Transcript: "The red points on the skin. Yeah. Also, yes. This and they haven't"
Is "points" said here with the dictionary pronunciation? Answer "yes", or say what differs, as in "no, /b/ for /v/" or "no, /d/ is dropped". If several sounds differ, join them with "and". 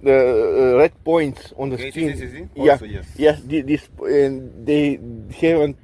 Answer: yes